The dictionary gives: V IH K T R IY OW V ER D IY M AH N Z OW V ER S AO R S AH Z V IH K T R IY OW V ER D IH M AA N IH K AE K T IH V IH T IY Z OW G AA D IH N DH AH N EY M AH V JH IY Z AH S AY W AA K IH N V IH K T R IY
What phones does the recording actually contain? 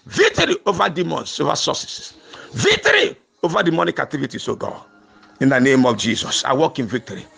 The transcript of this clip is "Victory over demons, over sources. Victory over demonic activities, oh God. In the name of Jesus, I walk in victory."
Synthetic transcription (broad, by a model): V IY K T R IY OW V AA D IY M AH N S OW V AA S AO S S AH S V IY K T R IY OW V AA D IH M AA N IH K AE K T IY V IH T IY S OW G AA IH N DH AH N EY M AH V JH IY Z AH S AY W AA K IH N V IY K T R IY